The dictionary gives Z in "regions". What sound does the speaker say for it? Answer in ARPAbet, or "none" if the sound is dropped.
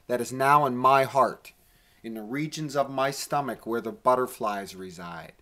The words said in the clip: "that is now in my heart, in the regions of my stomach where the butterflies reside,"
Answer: Z